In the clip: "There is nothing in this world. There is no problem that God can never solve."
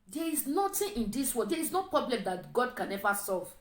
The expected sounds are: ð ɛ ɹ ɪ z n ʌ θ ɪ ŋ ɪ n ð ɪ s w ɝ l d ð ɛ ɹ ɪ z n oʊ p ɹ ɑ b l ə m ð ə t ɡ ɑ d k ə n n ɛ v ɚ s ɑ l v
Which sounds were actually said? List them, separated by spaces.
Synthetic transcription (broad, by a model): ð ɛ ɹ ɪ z n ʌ t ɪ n ɪ n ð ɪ s w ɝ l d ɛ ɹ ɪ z n oʊ p ɹ ɑ b l ə m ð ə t ɡ ɑ d k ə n n ɛ v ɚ s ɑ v